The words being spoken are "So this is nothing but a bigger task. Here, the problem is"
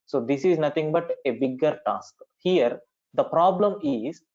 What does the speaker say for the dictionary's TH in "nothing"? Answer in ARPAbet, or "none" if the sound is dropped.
T